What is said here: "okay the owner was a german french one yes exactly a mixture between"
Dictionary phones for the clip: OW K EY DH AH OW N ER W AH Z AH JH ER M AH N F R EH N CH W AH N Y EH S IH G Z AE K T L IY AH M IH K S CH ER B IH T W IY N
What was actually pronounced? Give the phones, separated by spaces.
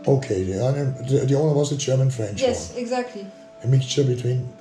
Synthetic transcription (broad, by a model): OW K EY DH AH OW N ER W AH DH AH JH ER M AH N F R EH N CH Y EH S IH G Z AE K T L IY AH M IH K S CH ER B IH T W IY N